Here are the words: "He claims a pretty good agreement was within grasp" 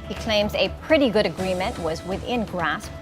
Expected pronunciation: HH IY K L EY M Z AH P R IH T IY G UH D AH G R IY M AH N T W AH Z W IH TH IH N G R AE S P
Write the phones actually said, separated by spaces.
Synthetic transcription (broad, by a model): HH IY K L EY M Z AH P R IH T IY G UH D AH G R IY M AH N T W AH Z W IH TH IH N G R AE S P